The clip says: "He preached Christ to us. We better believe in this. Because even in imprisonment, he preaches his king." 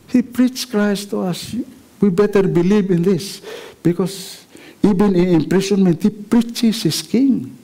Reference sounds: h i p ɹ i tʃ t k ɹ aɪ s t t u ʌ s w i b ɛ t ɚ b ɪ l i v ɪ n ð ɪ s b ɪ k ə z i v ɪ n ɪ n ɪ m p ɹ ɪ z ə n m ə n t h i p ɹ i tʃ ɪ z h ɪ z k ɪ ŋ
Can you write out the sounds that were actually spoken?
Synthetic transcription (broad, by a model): h i p ɹ i tʃ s k ɹ aɪ s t t u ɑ s w i b ɛ t ɚ b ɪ l i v ɪ n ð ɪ s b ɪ k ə s i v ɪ n ɪ n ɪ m p ɹ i s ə n m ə n t h i p ɹ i tʃ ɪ s h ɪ s k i ŋ